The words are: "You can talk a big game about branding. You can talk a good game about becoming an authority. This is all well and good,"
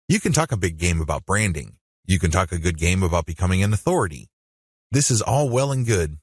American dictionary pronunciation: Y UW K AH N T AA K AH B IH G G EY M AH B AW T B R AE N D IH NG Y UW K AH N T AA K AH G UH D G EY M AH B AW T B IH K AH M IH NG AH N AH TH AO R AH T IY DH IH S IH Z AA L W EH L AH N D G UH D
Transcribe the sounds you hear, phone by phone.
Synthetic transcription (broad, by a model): Y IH K AH N T AA K AH B IH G G EY M AH B AW T B R AE N D IH NG Y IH K AH N T AA K AH G UH D G EY M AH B AW T B IH K AH M IH NG AH N AH TH AO R AH T IY DH IH S IH Z AA L W EH L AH N G UH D